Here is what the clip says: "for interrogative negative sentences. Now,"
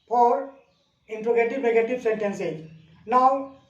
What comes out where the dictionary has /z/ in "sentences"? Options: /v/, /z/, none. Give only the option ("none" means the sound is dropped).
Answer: none